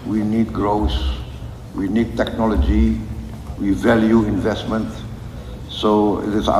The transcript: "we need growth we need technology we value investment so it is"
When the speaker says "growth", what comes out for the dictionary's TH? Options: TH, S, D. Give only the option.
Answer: S